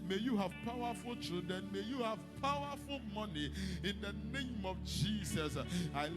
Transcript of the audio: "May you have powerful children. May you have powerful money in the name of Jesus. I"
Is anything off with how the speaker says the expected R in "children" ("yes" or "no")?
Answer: yes